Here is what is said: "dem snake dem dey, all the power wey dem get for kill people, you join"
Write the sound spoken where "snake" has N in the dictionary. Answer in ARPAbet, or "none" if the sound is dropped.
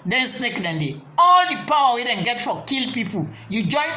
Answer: none